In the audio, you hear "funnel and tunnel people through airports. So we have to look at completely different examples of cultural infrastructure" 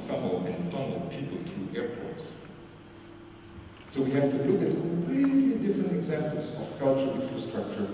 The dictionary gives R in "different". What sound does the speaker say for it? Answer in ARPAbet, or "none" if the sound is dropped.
R